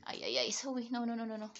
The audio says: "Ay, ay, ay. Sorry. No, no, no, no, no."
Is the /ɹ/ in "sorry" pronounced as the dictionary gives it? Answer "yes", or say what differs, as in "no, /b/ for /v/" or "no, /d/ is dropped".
no, /w/ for /ɹ/